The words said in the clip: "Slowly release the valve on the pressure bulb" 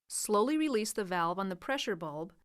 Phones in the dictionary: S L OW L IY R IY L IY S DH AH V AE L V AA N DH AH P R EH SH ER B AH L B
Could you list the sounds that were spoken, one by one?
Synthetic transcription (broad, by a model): S L OW L IY R IY L IY S DH AH V AE L V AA N DH AH P R EH SH ER B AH L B